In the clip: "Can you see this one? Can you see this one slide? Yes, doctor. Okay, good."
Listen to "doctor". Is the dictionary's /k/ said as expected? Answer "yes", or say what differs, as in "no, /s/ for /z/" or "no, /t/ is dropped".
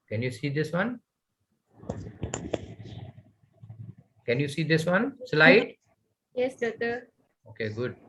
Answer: no, /k/ is dropped